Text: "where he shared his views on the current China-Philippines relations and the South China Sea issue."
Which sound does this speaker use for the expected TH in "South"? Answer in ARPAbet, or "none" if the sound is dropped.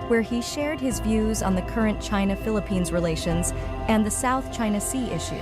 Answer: TH